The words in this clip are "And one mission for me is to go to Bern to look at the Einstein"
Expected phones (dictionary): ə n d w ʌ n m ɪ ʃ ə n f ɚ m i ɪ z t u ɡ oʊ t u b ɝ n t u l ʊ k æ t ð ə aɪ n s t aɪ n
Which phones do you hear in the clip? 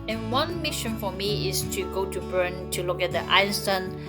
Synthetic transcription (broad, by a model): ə n w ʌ n m ɪ ʃ ə n f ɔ m i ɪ s t u ɡ oʊ t u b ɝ n t u l ʊ k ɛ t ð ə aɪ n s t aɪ n